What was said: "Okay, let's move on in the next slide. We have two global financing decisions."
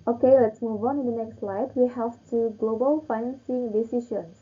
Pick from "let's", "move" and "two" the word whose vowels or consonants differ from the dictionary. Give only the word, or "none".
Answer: none